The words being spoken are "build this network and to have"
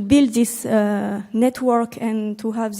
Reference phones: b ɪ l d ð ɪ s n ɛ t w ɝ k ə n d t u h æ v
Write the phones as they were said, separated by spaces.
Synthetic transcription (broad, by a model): b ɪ l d ð ɪ s n ɛ t w ɝ k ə n t u h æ v